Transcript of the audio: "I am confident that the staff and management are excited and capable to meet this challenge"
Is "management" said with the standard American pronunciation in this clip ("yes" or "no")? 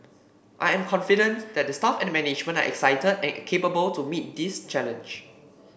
no